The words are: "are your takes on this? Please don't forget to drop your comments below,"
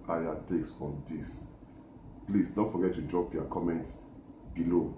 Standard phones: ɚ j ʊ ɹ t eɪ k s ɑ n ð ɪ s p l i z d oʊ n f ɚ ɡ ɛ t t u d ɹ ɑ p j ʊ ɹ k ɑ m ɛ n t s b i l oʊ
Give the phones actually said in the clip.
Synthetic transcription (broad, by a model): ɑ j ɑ t eɪ k s ɑ n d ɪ s p l i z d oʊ f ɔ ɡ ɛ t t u d ɹ ɑ p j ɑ k ɑ m ɛ n t s b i l oʊ